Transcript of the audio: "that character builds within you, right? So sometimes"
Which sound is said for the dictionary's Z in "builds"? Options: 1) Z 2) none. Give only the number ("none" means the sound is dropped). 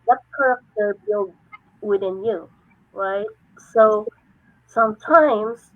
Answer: 2